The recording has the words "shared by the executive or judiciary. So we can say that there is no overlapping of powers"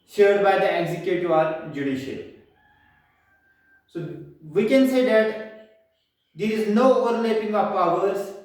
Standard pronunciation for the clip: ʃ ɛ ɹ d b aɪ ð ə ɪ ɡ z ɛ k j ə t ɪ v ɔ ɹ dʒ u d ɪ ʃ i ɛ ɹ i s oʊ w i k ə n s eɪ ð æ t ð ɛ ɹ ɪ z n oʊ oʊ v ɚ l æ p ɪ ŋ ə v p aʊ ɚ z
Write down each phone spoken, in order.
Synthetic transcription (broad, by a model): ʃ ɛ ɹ d b aɪ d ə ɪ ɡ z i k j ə t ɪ ɔ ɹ dʒ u d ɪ ʃ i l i s oʊ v i k ə n s eɪ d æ t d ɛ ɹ ɪ z n oʊ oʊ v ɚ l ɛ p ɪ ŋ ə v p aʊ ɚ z